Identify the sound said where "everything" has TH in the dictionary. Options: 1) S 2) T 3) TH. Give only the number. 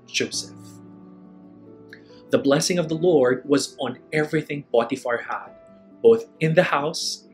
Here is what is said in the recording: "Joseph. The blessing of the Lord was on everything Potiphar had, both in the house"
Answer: 3